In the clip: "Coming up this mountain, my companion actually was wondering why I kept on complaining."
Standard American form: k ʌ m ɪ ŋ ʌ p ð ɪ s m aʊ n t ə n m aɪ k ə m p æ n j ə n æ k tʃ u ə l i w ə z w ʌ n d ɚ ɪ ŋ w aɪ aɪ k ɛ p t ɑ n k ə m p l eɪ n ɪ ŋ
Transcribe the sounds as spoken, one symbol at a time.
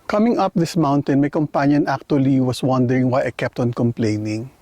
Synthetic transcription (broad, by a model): k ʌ m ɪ ŋ ʌ p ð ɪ s m aʊ n t ə n m aɪ k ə m p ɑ n j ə n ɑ k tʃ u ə l i w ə s w ʌ n d ɚ ɪ ŋ w aɪ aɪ k ɛ p t ɑ n k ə m p l eɪ n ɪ ŋ